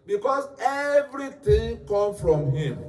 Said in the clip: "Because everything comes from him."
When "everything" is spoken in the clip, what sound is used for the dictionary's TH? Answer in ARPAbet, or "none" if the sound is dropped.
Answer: T